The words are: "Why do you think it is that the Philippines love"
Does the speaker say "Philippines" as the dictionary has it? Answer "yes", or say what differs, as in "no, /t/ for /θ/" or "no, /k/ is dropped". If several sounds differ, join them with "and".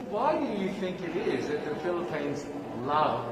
yes